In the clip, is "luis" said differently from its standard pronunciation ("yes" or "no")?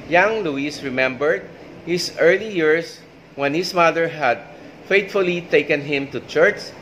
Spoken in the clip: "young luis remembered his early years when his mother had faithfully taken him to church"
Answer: no